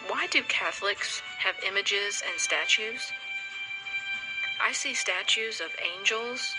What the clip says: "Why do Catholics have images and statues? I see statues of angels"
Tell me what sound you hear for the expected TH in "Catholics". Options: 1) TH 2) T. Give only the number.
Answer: 1